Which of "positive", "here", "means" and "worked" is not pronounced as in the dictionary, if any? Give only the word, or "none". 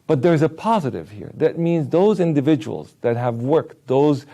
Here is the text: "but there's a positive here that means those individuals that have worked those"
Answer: none